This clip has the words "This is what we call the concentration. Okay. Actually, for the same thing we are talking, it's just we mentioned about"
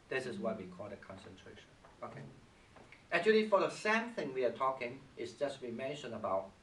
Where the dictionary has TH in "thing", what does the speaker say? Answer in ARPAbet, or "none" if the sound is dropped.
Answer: TH